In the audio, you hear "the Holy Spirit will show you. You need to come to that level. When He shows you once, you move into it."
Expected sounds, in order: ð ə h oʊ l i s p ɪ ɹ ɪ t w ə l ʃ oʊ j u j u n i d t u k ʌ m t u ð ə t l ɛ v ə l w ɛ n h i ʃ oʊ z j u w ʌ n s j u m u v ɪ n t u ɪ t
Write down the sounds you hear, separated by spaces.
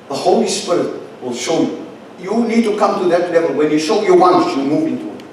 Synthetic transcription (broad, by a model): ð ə h oʊ l i s p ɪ ɹ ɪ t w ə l ʃ oʊ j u j u n i d t u k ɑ m t u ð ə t l ɛ v ə l w ɛ n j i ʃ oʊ j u w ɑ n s j u m u v ɪ n t u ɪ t